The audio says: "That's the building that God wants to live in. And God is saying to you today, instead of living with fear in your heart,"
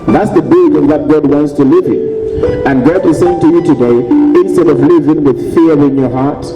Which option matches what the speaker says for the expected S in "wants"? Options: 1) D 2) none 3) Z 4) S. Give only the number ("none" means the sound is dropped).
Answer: 4